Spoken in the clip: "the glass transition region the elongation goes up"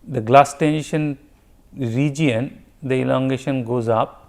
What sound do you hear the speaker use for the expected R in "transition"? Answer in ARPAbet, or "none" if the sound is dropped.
none